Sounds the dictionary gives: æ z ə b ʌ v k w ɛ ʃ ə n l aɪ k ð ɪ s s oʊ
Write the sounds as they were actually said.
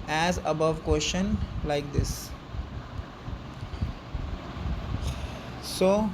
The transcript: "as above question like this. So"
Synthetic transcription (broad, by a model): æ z ə b ʌ v k w ɛ ʃ ə n l aɪ k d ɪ s s oʊ